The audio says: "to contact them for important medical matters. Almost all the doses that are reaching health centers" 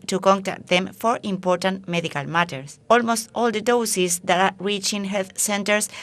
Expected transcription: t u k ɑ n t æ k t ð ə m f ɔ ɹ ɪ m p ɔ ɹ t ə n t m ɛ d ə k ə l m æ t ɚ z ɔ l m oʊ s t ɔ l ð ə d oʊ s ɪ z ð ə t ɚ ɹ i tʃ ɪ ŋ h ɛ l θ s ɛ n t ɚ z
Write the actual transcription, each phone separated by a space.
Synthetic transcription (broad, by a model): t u k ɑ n t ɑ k t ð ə m f ɔ ɹ ɪ m p ɔ ɹ t ə n t m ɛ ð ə k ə l m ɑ t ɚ s ɔ l m oʊ s t ɔ l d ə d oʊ s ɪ s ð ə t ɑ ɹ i tʃ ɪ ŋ h ɛ l θ s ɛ n t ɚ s